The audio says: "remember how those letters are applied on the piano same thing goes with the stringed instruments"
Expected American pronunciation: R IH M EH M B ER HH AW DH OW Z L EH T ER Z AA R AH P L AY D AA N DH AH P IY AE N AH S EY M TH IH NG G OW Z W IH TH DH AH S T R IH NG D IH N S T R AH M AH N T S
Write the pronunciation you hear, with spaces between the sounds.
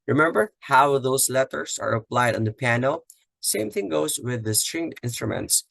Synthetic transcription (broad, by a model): R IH M EH M B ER HH AW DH OW S L EH T ER S AA R AH P L AY D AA N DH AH P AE N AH S EY M TH IH NG G OW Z W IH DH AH S T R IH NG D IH N S T R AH M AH N T S